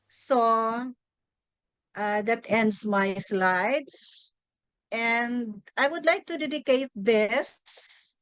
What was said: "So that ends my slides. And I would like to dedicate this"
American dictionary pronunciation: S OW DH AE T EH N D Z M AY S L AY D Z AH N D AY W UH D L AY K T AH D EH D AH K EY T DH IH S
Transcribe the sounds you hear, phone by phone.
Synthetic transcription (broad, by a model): S OW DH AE T EH N D S M AY S L AY D S AH N D AY W UH D L AY K T AH D EH D AH K EY T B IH S